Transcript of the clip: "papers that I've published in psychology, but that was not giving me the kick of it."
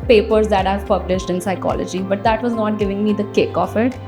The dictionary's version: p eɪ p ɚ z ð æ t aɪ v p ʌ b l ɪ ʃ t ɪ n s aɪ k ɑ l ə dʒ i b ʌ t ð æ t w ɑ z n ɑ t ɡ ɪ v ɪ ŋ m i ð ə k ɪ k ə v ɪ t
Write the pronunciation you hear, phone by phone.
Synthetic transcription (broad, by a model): p eɪ p ɚ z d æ t aɪ v p ʌ b l ɪ ʃ t ɪ n s aɪ k ɑ l ə dʒ i b ʌ t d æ t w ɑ z n ɑ t ɡ ɪ v ɪ ŋ m i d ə k ɪ k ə f ɪ t